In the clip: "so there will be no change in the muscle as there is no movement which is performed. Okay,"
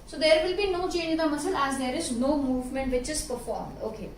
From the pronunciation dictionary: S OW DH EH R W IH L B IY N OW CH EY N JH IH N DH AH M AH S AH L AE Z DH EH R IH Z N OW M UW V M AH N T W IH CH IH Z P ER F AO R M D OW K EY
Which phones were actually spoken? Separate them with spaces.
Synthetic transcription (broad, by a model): S OW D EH R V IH L B IY N OW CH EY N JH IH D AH M AH S AH L AE Z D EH R IH Z N OW M UW V M AH N T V IH CH IH Z P ER F AO R M D OW K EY